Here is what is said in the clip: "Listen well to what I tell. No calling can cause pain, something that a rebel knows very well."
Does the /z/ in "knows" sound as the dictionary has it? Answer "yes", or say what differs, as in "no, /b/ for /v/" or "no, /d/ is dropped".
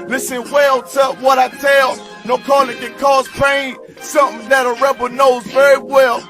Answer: yes